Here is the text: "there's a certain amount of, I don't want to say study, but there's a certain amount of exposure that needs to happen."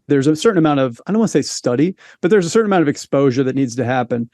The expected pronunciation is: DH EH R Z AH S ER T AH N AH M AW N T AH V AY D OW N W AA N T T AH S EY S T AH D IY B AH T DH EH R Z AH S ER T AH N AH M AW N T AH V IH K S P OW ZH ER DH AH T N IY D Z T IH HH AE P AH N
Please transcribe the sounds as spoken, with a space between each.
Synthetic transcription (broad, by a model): DH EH R Z AH S ER T N AH M AW N T AH V AY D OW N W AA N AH S EY S T AH D IY B AH T DH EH R Z AH S ER T N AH M AW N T AH V IH K S P OW ZH ER DH AH T N IY D Z T IH HH AE P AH N